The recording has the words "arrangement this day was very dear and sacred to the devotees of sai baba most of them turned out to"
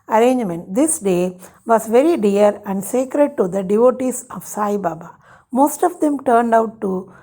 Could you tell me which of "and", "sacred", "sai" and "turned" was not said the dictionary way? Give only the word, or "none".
none